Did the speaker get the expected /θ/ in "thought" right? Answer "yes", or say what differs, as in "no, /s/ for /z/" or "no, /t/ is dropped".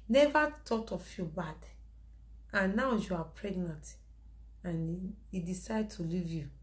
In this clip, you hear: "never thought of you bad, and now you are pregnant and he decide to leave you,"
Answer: no, /t/ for /θ/